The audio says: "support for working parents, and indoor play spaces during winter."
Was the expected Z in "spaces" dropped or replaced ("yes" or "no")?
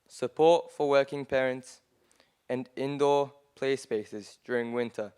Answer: no